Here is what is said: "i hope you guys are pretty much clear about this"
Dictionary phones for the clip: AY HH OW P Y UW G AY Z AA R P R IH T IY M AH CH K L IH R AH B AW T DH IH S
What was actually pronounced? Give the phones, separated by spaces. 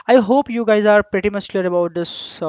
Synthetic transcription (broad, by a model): AY HH OW P Y UW G AY Z AA R P R IH T IY M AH S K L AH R AH B AW T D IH S